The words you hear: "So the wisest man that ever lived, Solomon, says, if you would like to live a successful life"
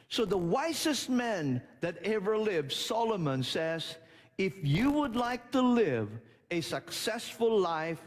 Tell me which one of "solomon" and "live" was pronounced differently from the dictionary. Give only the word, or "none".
none